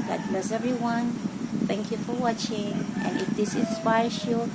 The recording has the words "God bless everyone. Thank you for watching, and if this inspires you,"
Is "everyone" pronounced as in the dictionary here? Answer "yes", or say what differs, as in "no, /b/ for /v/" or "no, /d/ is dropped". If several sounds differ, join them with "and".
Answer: no, /v/ is dropped